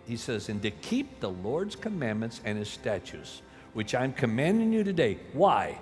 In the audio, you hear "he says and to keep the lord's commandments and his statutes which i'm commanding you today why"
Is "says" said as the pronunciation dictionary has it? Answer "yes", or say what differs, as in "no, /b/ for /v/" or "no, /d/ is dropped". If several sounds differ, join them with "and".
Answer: yes